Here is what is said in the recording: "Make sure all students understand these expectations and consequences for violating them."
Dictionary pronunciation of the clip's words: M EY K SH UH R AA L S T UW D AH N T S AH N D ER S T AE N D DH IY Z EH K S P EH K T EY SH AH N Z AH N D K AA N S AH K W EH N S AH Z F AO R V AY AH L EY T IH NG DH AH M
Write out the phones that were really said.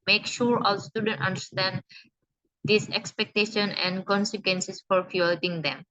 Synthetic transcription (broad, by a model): M EY K SH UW R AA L S T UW D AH N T AH N D ER S T AE N D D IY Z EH K S P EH K T EY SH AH N AH N D K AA N S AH K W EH N S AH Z F AO R F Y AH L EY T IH NG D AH M